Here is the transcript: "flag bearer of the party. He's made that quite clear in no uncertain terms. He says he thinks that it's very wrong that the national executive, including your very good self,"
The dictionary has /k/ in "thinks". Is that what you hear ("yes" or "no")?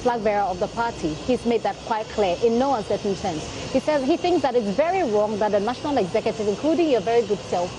yes